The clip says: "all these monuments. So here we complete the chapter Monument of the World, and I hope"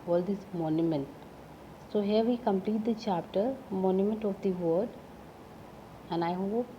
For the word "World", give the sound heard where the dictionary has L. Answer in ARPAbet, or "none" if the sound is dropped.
none